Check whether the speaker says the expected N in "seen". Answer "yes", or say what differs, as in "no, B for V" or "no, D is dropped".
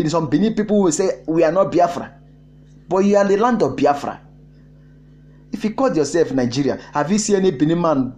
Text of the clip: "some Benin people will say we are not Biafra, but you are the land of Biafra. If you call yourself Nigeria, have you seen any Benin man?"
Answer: no, N is dropped